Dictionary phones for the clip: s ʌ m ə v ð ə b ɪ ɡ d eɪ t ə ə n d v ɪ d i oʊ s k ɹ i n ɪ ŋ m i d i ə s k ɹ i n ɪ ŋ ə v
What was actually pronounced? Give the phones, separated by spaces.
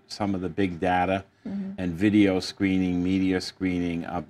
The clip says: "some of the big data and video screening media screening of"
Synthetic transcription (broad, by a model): s ʌ m ə v ð ə b ɪ ɡ d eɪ t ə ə n v ɪ d i oʊ s k ɹ i n ɪ ŋ m i d i ə s k ɹ i n ɪ ŋ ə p